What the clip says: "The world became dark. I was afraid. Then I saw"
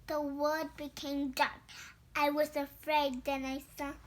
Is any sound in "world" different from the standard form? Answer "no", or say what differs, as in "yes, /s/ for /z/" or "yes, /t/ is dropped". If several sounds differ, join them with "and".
yes, /l/ is dropped